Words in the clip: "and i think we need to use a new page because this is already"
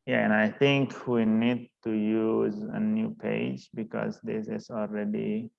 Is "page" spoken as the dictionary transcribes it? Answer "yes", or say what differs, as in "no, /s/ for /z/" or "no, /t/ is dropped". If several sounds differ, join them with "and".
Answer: yes